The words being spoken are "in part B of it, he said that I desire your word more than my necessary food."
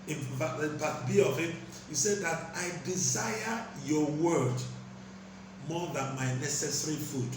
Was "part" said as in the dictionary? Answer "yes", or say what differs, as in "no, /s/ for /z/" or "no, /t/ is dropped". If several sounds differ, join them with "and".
no, /f/ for /p/